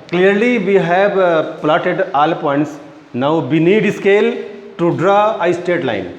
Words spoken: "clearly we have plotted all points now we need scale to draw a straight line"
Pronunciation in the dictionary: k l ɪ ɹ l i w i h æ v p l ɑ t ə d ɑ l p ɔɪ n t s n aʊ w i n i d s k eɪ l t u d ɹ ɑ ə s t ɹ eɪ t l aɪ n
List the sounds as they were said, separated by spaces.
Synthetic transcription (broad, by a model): k l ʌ ɹ l i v i h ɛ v p l ɑ t ə d ɑ l p ɔɪ n t s n aʊ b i n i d s k eɪ l t u d ɹ ɑ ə s t eɪ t l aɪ n